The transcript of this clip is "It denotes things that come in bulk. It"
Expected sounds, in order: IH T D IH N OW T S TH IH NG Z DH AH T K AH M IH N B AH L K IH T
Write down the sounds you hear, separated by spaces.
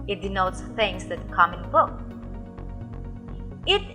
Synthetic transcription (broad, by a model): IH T D IH N OW T S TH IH NG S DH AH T K AH M IH N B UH K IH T